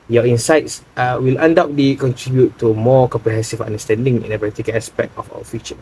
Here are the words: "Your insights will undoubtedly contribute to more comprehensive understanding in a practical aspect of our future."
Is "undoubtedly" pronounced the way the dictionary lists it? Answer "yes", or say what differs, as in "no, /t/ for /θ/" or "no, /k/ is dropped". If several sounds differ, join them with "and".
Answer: no, /l/ is dropped